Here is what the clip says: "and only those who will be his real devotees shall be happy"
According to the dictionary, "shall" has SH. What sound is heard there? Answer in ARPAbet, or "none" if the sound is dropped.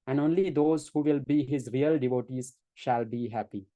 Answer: SH